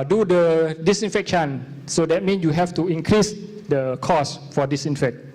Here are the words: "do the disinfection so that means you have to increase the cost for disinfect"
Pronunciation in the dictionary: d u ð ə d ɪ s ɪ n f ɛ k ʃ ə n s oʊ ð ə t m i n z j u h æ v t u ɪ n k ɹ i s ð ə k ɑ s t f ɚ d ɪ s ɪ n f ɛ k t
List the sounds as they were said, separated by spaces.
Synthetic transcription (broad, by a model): d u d ə d ɪ s ɪ n f ɛ k ʃ ə n s oʊ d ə t m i n s j u h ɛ f t u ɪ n k ɹ i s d ə k ɑ s f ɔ d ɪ s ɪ n f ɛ k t